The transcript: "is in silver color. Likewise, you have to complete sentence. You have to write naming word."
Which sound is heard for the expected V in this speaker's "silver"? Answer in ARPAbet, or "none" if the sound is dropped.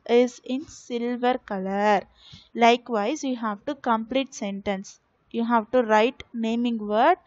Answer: V